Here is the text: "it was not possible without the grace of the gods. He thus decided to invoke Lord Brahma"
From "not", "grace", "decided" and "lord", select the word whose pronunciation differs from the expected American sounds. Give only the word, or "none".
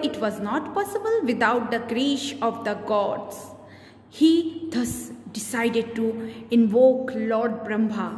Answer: grace